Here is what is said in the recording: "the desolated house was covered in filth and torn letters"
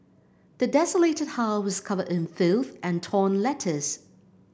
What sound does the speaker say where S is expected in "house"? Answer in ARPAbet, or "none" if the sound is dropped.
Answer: none